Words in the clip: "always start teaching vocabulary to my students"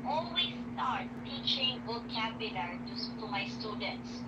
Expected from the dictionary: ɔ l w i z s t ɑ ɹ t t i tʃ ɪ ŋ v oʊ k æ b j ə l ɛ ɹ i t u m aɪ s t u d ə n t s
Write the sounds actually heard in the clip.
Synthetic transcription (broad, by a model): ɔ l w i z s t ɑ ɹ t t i tʃ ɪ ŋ b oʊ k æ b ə n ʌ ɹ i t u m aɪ s t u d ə n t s